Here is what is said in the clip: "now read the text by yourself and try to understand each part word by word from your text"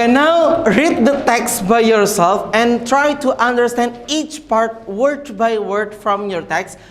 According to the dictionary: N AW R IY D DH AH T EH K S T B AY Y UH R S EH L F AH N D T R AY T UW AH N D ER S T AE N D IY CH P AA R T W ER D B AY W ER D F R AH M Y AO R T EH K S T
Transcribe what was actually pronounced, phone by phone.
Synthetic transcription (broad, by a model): N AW R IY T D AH T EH K S B AY Y UH R S EH L F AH N T R AY T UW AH N D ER S T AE N D IY CH P AA R T W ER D B AY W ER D F R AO M Y AO R T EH K S